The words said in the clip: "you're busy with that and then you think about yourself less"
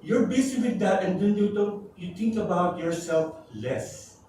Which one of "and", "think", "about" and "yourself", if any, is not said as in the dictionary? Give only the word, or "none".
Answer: think